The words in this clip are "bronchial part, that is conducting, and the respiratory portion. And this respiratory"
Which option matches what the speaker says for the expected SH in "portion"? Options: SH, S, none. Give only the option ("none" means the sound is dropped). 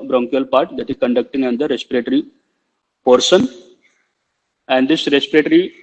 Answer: S